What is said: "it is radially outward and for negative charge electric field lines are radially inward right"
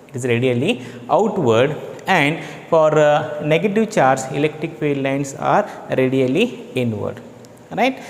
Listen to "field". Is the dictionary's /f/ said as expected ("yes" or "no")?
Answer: no